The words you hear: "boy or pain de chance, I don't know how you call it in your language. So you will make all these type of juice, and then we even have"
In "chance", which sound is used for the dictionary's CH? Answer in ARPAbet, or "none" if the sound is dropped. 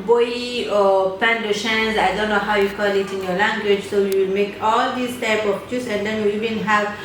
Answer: SH